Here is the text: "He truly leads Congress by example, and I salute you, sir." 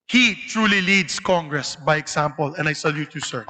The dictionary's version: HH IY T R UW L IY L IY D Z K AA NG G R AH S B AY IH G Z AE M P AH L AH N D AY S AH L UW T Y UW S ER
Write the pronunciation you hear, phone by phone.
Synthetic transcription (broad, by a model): HH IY T R UW L IY L IY D S K AA NG G R AH S B AY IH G S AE M P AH L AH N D AY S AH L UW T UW S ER